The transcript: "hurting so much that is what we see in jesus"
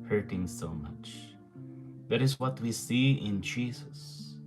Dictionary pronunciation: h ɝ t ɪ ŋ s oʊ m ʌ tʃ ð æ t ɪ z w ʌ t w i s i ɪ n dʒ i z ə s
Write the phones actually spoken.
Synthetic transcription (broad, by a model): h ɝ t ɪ ŋ s oʊ m ʌ tʃ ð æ t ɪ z w ʌ t w i s i ɪ n dʒ i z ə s